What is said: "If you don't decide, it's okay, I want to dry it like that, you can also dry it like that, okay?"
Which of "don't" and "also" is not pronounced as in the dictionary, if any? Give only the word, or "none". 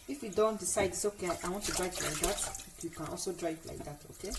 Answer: none